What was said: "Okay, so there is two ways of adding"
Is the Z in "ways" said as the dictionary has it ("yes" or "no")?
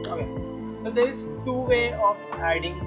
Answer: no